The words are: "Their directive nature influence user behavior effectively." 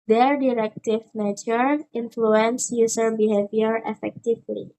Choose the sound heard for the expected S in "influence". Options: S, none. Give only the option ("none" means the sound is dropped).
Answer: S